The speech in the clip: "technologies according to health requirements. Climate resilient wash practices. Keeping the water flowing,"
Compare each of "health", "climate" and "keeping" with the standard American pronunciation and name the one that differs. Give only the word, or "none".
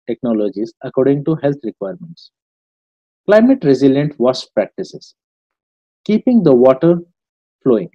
health